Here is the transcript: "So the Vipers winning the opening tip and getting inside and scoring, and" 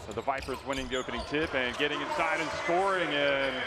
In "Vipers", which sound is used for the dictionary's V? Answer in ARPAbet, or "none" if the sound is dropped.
V